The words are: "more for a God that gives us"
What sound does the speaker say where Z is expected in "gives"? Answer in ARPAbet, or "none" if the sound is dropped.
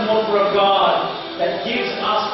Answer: Z